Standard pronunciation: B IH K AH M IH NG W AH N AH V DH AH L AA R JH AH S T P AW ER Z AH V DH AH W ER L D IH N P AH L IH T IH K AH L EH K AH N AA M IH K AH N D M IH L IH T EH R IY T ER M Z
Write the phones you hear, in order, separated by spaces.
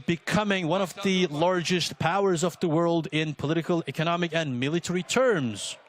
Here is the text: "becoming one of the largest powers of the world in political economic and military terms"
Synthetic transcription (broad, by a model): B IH K AH M IH NG W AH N AH V DH AH L AA R JH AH S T P AW ER Z AH V DH AH W ER L D IH N P AH L IH T IH K AH L EH K AH N AA M IH K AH N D M IH L IH T EH R IY T ER M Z